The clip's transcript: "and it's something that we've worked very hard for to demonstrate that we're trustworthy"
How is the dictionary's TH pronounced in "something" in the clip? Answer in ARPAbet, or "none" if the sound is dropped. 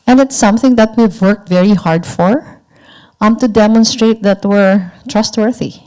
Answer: TH